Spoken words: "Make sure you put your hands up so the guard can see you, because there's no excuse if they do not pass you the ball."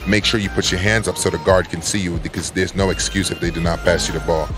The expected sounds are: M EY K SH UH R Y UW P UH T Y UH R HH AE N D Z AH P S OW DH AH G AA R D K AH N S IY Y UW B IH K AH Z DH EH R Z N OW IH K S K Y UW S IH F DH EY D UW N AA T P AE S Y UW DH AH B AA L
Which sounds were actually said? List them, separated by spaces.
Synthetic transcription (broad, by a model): M EY K SH UH R Y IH P UH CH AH R HH AE N D Z AH P S OW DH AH G AA R D K AH N S IY Y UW B IH K AH Z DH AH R Z N OW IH K S K Y UW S IH F DH EY D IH N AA T P AE S Y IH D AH B AA L